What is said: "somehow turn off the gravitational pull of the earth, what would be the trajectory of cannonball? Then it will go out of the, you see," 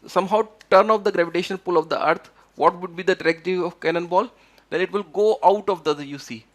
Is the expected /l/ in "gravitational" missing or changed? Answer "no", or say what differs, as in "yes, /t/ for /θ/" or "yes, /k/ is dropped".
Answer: yes, /n/ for /l/